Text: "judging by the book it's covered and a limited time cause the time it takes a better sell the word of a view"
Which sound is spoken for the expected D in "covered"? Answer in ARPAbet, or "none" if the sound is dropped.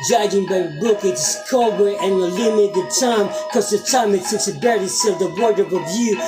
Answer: none